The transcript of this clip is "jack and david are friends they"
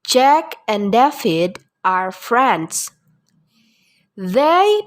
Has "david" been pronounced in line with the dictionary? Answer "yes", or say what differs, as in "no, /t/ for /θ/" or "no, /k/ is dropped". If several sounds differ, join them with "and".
no, /f/ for /v/